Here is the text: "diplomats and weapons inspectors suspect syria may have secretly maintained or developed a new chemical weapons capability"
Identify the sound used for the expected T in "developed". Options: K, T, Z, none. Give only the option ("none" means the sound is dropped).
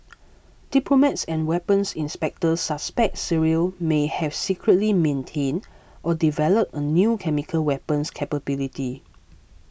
none